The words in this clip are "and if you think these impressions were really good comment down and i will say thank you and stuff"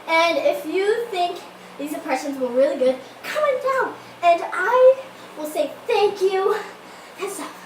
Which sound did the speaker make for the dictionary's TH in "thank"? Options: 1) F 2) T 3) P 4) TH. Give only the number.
4